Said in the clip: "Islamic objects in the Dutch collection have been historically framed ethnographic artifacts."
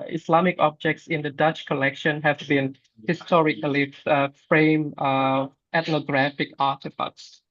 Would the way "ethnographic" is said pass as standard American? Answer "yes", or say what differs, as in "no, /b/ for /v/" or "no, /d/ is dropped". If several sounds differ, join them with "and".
no, /t/ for /θ/